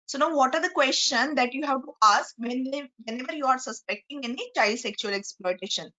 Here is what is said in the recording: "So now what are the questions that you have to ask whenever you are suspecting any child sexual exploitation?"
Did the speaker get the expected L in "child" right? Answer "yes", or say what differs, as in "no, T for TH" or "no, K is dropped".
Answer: yes